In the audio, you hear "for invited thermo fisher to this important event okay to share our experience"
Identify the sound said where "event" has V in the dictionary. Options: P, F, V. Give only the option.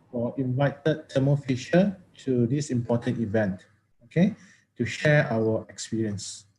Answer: V